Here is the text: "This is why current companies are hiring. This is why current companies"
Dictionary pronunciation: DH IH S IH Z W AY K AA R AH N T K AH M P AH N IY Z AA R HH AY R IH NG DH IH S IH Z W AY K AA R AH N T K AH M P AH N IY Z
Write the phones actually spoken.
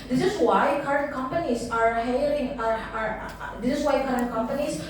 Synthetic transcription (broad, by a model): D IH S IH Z W AY K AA R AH N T K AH M P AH N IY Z AA R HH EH L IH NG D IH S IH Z W AY K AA R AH N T K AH M P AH N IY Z